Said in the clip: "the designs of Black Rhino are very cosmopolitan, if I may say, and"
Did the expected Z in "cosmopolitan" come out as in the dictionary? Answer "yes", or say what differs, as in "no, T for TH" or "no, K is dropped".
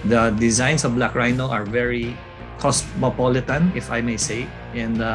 no, S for Z